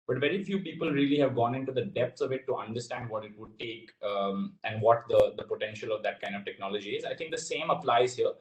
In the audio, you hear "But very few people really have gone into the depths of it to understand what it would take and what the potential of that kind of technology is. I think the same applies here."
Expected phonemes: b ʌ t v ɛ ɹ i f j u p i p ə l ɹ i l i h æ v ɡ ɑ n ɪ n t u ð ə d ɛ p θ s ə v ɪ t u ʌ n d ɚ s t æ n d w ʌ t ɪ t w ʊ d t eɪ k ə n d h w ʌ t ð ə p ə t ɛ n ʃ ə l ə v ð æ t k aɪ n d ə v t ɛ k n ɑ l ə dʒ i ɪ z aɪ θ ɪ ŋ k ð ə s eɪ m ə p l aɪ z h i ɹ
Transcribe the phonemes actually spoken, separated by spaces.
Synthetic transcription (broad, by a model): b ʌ t v ɛ ɹ i f j u p i p ə l ɹ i l i h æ v ɡ ɑ n ɪ n t u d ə d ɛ p t s ə v ɪ t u ʌ n d ɚ s t æ n d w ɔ t ɪ t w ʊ d t eɪ k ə n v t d ʌ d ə p ə t ɛ n ʃ ə l ə v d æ t k aɪ n d ə v t ɛ k n ɑ l ə dʒ i ɪ z aɪ t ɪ ŋ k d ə s eɪ m ə p l aɪ z h i ɹ